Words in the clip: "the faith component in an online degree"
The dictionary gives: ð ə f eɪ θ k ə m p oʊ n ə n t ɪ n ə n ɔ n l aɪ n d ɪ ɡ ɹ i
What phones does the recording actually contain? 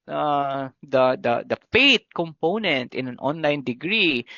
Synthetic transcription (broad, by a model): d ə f eɪ t k ə m p oʊ n ə n t ɪ n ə n ɔ n l aɪ n d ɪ ɡ ɹ i